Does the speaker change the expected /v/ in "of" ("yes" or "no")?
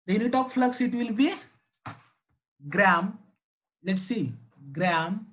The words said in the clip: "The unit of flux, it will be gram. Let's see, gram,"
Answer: yes